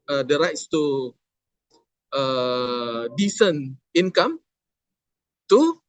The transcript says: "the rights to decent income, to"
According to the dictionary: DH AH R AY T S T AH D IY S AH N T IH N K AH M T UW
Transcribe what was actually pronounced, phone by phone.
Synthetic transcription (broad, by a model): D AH R AY T S T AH D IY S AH N IH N K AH M T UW